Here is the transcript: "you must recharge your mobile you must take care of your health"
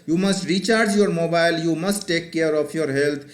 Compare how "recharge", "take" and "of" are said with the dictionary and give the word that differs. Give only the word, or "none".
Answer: of